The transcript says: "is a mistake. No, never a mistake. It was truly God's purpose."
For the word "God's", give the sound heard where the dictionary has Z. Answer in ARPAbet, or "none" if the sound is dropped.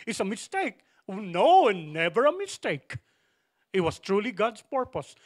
S